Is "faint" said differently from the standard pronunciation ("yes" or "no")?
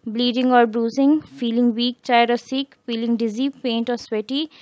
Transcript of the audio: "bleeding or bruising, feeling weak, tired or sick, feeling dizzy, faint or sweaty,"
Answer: yes